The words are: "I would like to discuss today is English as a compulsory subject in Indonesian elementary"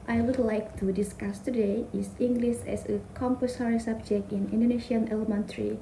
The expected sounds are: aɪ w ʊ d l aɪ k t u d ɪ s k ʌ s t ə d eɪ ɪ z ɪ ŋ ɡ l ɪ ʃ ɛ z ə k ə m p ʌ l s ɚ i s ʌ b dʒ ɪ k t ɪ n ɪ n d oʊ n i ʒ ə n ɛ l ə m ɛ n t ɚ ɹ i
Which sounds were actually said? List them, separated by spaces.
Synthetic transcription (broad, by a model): aɪ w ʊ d l aɪ k t u d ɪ s k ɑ s t ə d eɪ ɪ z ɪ ŋ ɡ l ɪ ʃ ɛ s ə k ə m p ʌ s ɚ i s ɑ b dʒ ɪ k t ɪ n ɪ n d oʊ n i ʃ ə n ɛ l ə m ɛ n t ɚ ɹ i